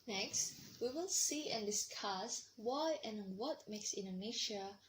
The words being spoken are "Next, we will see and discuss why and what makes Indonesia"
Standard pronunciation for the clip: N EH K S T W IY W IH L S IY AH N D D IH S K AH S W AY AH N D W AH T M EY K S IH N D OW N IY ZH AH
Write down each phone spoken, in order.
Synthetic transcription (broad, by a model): N EH K S T W IY W IH L S IY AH N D D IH S K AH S W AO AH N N W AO T M EY K S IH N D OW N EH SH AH